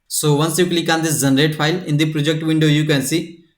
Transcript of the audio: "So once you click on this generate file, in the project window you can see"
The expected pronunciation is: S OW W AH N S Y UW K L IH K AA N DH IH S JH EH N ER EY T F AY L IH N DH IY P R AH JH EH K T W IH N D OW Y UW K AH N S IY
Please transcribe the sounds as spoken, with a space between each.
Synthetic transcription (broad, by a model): S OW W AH N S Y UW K L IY K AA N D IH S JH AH N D EY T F AY L IH N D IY P R AH JH EH K T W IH N D OW Y UW K AH N S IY